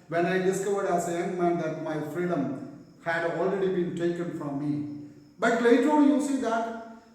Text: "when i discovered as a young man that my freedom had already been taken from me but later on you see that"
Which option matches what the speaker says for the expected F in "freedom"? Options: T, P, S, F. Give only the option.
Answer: F